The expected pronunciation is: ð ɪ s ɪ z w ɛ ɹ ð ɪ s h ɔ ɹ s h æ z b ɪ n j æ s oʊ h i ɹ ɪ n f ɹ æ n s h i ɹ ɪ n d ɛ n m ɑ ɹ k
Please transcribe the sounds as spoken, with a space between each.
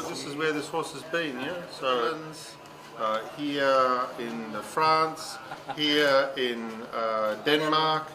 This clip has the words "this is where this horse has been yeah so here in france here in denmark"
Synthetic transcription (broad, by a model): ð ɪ s ɪ z w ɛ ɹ ð ɪ s h ɔ ɹ s h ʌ z b ɪ n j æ s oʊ h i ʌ ɪ n f ɹ æ n s h i ɹ ɪ n d ɛ n m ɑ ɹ k